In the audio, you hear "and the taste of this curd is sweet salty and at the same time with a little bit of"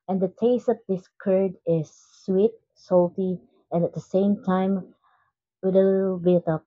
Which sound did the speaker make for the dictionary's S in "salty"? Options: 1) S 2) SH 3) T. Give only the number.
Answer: 1